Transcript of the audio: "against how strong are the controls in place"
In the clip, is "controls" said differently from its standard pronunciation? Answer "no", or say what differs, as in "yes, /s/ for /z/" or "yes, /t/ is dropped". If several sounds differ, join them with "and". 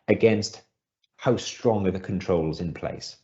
no